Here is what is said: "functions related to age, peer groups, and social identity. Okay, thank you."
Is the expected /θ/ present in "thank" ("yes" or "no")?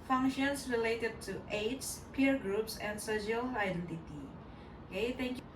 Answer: no